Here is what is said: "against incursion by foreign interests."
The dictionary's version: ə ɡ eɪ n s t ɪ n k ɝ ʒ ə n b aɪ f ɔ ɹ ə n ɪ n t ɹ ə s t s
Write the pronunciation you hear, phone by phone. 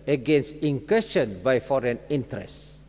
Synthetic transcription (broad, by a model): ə ɡ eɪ n s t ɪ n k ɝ ʃ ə n b aɪ f ɔ ɹ ə n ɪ n t ɹ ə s s